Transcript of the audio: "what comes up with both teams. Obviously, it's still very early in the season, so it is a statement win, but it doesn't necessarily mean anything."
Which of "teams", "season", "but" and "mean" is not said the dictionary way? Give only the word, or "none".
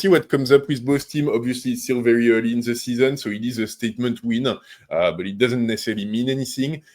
teams